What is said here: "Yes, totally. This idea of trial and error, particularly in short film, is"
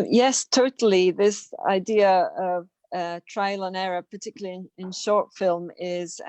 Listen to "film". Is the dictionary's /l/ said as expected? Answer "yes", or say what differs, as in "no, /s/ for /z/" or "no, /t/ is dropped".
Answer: yes